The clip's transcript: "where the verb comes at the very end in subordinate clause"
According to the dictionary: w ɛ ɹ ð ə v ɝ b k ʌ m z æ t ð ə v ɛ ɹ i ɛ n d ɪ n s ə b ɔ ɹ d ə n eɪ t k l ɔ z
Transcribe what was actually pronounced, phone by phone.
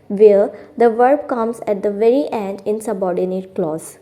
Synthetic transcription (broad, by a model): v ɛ ɹ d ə v ɝ b k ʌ m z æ t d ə v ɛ ɹ i ɛ n d ɪ n s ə b ɔ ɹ d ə n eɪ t k l ɔ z